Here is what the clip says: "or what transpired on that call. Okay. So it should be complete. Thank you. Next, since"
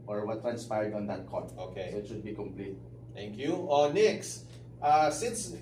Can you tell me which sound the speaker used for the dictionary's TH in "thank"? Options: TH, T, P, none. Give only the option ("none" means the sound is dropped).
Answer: T